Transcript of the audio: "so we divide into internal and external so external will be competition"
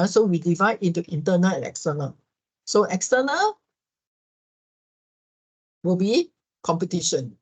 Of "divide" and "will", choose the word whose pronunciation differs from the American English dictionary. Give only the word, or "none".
none